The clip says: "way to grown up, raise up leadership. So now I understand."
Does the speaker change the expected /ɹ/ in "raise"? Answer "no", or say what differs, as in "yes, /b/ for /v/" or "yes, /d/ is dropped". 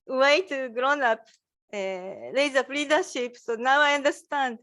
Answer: yes, /l/ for /ɹ/